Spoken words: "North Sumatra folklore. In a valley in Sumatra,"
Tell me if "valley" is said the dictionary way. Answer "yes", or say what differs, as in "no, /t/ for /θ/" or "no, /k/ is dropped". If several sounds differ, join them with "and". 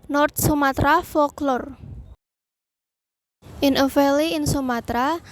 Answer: no, /f/ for /v/